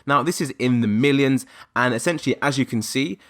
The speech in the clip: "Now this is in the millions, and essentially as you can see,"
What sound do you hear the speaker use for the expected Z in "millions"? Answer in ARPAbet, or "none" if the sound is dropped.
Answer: Z